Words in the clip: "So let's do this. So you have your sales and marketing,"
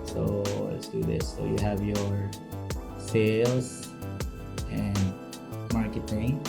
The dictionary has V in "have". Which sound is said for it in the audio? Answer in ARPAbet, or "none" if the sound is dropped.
V